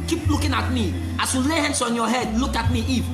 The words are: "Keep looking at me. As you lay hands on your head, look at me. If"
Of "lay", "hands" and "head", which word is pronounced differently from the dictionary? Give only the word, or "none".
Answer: hands